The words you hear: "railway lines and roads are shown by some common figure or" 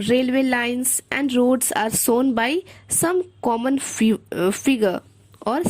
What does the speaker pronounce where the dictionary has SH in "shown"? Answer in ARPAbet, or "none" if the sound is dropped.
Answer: S